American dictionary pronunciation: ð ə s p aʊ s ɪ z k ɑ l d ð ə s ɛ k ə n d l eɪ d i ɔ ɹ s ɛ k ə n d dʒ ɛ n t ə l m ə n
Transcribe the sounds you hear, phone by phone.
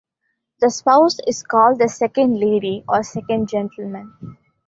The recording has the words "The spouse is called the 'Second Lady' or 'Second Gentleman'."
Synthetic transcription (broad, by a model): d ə s p aʊ s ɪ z k ɑ l d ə s ɛ k ə n d l eɪ d i ɔ ɹ s ɛ k ə n d dʒ ɛ n t ə l m ə n